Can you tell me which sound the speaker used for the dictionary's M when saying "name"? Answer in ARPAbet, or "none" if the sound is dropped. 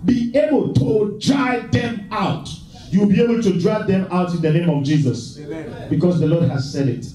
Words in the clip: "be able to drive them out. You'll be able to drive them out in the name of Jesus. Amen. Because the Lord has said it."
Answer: M